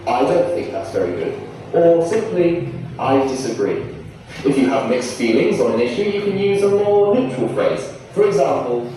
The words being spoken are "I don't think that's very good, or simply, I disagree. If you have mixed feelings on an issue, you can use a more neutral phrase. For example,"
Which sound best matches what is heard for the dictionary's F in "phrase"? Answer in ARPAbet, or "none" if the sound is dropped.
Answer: F